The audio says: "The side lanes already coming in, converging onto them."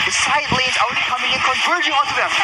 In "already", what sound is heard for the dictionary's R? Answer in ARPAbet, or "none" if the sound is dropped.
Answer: none